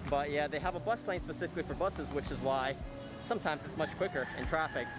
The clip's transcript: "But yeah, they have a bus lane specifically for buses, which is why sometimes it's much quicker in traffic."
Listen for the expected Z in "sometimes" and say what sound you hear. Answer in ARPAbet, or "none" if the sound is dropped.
Z